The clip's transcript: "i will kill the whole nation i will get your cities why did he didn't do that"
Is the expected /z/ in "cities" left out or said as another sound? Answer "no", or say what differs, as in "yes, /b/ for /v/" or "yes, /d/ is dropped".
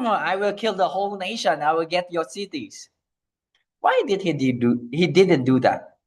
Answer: yes, /s/ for /z/